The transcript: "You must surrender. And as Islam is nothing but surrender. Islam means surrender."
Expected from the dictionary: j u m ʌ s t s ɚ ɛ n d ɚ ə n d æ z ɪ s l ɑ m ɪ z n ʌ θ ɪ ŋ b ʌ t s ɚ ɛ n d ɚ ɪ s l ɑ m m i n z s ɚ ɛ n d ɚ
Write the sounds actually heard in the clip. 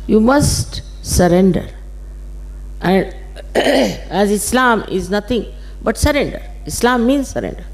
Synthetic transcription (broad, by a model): j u m ʌ s t s ɚ ɛ n d ɚ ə n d æ z ɪ s l ɑ m ɪ z n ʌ t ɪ ŋ b ʌ t s ɚ ɛ n d ɚ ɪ s l ɑ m m i n z s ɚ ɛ n d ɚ